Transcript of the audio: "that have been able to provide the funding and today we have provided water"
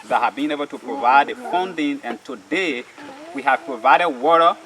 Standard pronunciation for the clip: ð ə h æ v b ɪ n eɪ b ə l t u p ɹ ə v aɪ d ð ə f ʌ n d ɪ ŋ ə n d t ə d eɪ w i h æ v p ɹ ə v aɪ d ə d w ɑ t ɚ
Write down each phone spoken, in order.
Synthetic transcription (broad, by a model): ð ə h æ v b ɪ n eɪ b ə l t u p ɹ ə v aɪ d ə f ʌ n d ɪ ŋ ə n t ə d eɪ w i h æ v p ɹ ə v aɪ d ə d w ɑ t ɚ